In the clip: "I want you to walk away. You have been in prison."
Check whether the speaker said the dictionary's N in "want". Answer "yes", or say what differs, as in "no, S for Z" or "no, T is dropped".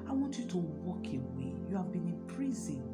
no, N is dropped